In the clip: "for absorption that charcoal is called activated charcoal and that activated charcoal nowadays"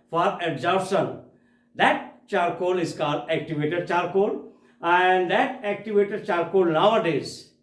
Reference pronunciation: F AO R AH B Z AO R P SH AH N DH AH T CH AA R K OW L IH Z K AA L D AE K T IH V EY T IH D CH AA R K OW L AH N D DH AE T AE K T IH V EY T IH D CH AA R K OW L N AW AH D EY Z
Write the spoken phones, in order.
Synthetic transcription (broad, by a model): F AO R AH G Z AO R SH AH N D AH T CH AA R K OW L IH Z K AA D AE K T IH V EY T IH D CH AA R K OW L AH N D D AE T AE K T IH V EY T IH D CH AA R K OW L N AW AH D EY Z